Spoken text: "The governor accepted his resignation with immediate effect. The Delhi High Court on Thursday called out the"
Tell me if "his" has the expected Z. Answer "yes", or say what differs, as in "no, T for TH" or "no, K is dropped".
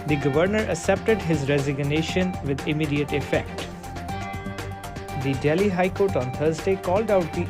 yes